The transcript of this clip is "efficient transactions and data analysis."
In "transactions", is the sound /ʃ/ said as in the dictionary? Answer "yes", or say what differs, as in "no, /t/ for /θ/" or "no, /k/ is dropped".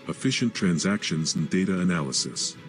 yes